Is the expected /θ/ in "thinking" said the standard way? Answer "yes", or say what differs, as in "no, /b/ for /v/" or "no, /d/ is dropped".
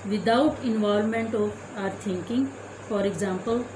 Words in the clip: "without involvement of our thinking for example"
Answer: no, /t/ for /θ/